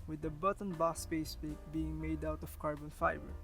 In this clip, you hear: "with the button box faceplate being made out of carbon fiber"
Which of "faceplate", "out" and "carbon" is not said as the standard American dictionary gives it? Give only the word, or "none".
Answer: faceplate